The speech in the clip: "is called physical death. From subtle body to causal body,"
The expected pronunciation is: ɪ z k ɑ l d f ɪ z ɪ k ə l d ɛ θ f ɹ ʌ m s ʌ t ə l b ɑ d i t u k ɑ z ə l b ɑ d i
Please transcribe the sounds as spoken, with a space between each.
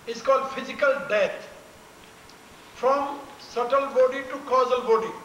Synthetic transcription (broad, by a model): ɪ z k ɑ l d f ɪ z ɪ k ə l d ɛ t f ɹ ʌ m s ʌ t ə l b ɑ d i t u k ɑ z ə l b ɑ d i